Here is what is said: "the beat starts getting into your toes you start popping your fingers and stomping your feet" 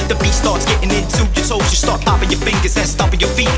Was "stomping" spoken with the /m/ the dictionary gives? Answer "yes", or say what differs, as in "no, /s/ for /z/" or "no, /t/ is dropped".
no, /m/ is dropped